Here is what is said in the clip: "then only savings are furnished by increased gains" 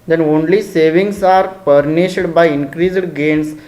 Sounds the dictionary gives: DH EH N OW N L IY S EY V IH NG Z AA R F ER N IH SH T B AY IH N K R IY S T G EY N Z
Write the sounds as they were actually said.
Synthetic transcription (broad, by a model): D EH N OW N L IY S EY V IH NG S AA R P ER N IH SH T B AY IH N K R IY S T G EY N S